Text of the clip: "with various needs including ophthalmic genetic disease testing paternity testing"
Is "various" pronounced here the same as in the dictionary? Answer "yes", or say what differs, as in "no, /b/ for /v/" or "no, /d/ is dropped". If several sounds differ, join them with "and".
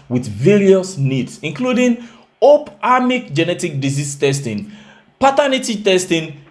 yes